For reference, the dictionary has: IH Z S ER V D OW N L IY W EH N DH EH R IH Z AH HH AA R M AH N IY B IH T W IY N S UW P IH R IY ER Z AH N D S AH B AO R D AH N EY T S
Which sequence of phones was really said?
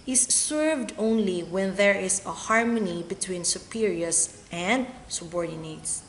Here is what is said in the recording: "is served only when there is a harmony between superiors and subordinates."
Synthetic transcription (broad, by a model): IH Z S ER V D OW N L IY W EH N DH EH R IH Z AH HH AA R M AH N IY B IH T W IY N S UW P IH R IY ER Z AH N D S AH B AO R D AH N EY T S